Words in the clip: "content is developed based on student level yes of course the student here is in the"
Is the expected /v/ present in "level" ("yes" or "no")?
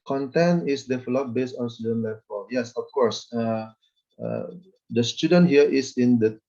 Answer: no